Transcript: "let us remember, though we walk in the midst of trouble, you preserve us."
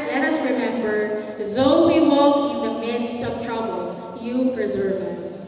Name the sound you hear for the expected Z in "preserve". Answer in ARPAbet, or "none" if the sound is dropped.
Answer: Z